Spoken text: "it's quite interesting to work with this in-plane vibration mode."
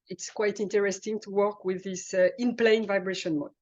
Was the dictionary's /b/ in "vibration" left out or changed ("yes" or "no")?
no